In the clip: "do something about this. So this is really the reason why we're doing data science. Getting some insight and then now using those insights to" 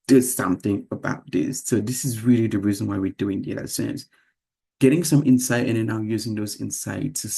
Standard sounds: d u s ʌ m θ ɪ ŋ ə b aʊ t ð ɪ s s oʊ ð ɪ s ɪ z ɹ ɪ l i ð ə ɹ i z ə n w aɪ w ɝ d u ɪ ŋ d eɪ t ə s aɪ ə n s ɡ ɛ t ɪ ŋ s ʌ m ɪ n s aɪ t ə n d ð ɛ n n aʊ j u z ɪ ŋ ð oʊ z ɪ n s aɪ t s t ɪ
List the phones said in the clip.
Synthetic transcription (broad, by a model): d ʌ s ʌ m θ ɪ ŋ ə b aʊ t ð ɪ s s oʊ ð ɪ s ɪ z ɹ ɪ l i ð ə ɹ i z ə n w aɪ w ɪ d u ɪ ŋ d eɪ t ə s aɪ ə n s ɡ ɛ t ɪ ŋ s ʌ m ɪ n s aɪ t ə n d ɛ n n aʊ j u z ɪ ŋ ð oʊ z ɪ n s aɪ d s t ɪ